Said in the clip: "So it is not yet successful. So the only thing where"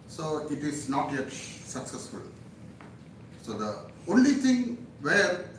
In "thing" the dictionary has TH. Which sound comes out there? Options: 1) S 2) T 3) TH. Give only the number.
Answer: 2